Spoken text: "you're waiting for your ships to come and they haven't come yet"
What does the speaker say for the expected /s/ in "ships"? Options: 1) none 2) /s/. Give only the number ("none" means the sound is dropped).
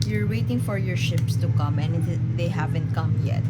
2